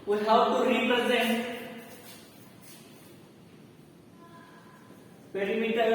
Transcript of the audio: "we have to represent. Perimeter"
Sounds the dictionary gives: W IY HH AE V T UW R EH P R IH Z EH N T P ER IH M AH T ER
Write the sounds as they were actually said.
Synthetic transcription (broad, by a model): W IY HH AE W T UW R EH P R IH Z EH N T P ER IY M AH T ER